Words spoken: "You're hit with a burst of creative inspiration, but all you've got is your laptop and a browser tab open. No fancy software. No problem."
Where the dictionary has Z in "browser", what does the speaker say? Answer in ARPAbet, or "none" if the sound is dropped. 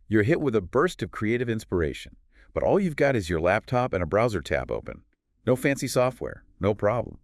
Z